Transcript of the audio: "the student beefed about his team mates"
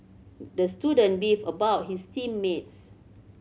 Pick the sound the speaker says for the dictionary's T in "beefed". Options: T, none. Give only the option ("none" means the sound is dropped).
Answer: none